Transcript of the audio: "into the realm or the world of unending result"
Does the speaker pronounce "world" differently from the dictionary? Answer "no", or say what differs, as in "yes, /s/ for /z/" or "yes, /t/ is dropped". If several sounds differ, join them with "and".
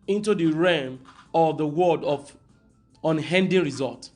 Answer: yes, /l/ is dropped